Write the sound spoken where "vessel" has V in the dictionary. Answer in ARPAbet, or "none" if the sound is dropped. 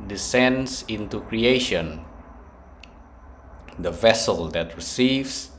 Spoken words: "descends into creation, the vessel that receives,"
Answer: V